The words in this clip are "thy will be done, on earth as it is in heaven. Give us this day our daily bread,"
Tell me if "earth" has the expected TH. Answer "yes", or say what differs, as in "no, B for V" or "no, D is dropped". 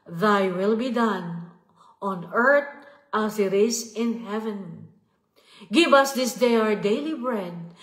no, T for TH